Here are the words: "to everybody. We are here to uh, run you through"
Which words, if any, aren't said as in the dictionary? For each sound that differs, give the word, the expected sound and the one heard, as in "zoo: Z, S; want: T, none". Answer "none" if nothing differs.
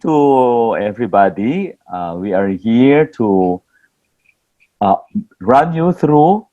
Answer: none